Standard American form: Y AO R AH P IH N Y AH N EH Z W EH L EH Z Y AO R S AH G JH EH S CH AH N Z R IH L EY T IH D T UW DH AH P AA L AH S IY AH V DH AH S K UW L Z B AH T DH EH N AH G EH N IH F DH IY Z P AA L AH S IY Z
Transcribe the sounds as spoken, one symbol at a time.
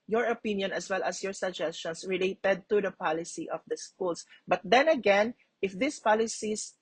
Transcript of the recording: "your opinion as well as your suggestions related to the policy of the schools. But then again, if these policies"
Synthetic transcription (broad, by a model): Y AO R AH P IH N Y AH N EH S W EH L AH S Y AO R S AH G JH EH S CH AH N S R IH L EY T IH D T UW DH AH P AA L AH S IY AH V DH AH S K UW L S B AH T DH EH N AH G EH N IH F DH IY S P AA L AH S IY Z